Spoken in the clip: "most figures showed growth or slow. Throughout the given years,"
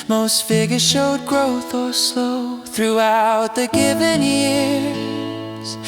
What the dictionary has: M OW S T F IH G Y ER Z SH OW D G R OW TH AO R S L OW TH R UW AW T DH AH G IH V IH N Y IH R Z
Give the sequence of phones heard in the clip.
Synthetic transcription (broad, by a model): M OW S T F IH G Y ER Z SH OW D G R OW TH AO L S OW TH R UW AW T DH AH G IH V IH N Y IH R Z